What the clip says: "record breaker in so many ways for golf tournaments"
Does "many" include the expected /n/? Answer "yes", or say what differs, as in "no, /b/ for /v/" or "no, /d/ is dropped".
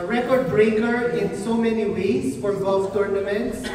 yes